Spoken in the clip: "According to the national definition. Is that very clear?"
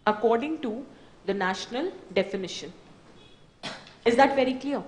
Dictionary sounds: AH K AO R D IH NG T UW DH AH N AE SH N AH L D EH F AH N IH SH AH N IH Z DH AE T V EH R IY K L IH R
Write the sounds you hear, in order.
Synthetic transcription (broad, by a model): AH K AO R D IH NG T UW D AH N AE SH N AH L D EH F AH N IH SH AH N IH Z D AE T V EH R IY K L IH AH